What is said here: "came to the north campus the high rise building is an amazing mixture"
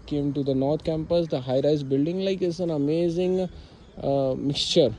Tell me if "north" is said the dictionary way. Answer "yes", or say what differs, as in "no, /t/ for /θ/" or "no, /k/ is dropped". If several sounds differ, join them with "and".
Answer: no, /t/ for /θ/